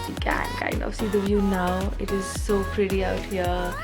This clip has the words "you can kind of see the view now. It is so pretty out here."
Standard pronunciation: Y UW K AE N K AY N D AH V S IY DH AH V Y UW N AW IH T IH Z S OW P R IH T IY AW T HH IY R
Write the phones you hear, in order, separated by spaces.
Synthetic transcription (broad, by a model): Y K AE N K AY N AH S IY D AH V Y UW N AW IH T IH Z S OW P R IH T IY AW T HH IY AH